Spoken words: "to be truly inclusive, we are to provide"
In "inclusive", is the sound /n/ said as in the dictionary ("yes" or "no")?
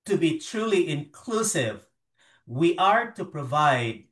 yes